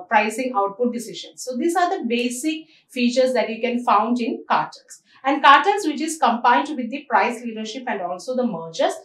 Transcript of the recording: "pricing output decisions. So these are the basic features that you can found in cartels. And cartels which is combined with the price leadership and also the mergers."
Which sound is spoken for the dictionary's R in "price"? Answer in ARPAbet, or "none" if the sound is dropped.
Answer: R